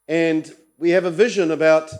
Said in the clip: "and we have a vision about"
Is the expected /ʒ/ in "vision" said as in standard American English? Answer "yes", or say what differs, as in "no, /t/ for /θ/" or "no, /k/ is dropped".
yes